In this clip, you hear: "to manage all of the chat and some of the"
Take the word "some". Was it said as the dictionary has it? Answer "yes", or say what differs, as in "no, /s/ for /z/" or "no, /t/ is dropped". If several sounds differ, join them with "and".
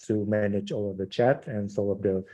no, /m/ is dropped